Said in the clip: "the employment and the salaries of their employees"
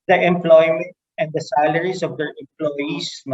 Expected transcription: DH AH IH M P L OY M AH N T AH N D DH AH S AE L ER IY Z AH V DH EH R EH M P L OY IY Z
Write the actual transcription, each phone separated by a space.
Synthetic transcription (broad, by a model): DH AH IH M P L OY M AH N T AH N D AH S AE L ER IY S AH V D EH R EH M P L OY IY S